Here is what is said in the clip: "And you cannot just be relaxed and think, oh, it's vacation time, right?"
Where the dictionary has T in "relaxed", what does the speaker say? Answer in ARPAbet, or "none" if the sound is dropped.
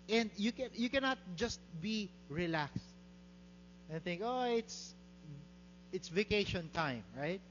T